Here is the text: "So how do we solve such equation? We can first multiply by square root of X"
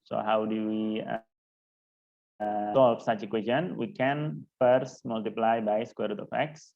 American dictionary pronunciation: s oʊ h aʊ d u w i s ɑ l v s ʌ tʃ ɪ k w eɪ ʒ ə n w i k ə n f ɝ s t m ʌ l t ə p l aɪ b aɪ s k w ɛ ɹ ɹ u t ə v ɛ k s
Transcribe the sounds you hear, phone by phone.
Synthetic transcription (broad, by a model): s oʊ h aʊ d u w i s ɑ l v s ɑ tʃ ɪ k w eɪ s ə n w i k ə n f ɝ s t m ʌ l t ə p l aɪ b aɪ s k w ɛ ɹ ɹ u t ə f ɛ k s